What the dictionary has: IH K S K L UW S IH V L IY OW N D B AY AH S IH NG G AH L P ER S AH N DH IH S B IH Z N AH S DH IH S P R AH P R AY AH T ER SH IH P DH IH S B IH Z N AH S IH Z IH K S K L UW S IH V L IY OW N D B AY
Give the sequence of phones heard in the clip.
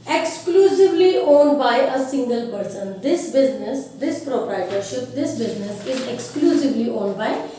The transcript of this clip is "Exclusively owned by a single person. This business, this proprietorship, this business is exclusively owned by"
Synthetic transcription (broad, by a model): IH K S K L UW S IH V L IY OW N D B AY AH S IH NG G AH L P ER S AH N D IH S B IH Z N AH S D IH S P R AH P R AY AH T ER SH IH P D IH S B IH Z N AH S IH Z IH K S K L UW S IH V L IY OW N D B AY